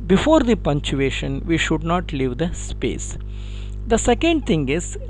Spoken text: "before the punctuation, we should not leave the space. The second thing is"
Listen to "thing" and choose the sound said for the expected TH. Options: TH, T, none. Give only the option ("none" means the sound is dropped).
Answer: T